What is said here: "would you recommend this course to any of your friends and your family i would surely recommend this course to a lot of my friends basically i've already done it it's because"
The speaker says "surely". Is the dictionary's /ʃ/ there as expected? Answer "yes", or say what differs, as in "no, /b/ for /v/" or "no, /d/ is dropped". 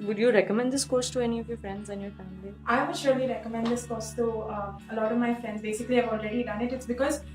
yes